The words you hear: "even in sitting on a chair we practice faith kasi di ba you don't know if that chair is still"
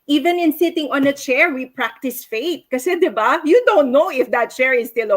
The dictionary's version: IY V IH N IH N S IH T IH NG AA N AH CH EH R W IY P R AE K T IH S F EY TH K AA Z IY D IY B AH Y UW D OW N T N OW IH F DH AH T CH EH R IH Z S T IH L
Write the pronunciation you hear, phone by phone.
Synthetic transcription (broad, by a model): IY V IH N IH N S IH T IH NG AA N AH CH EH R W IY P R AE K T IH S F EY T K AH S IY D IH B AH Y UW D OW N T N OW IH F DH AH T CH EH R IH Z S T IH L